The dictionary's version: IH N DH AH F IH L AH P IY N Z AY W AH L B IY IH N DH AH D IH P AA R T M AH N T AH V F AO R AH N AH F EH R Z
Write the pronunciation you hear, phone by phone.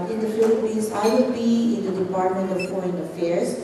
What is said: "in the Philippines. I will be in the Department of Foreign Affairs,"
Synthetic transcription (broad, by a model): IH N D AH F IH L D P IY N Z AY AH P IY IH N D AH D IH P AA R T M AH N T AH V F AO AH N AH F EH R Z